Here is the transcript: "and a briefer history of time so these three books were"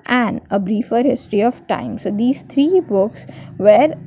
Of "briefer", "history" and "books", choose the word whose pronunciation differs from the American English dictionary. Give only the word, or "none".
none